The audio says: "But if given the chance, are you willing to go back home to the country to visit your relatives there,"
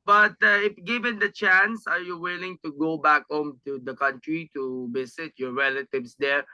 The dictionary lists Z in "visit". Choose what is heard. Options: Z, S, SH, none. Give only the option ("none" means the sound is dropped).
S